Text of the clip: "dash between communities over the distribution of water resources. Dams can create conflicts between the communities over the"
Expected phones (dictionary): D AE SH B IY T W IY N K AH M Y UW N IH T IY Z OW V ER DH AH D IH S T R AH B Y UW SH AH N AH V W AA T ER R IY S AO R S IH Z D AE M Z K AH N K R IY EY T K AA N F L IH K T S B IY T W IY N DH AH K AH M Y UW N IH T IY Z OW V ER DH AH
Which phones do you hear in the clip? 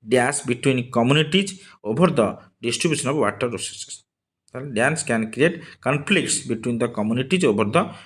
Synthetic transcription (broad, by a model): D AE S B IY T W IY N K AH M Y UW N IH T IY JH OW B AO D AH D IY S T R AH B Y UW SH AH N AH B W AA T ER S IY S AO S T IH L D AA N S K AH N K R IY EY T K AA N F L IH K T S B IY T W IY N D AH K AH M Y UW N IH T IY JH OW B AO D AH